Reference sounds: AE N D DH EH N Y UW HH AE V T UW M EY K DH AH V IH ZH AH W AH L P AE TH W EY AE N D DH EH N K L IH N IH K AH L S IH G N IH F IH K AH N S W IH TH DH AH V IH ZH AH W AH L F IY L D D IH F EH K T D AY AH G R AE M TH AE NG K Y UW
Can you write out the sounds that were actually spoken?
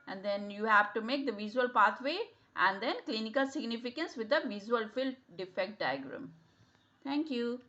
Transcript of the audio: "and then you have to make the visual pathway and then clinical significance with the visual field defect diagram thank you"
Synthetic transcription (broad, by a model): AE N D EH N Y UW HH AE V T UW M EY K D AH V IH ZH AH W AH L P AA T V EY AE N D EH N K L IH N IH K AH L S IH G N IH F IH K AH N S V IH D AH V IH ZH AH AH L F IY L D D IH F EH K T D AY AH G R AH M T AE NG K Y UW